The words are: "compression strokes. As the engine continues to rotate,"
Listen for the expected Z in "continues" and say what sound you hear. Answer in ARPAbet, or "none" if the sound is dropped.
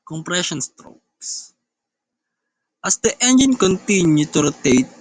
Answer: none